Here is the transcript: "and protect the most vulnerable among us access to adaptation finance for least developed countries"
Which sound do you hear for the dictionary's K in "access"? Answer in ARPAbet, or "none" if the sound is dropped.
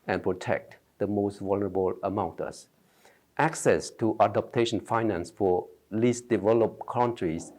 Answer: K